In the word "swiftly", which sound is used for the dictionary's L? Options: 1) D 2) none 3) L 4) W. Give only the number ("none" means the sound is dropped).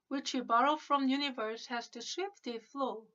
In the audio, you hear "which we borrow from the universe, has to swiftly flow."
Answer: 2